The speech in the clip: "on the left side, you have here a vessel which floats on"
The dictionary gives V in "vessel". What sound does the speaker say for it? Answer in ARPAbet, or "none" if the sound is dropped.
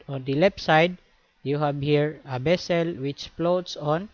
B